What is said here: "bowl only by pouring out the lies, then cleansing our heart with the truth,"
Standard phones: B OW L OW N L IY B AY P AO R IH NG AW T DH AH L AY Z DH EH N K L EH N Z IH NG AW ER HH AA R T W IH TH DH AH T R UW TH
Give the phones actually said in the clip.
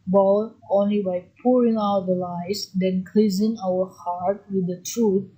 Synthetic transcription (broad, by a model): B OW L OW N L IY B AY P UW R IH NG AW T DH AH L AY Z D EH N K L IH Z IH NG AW ER HH AA R T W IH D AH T R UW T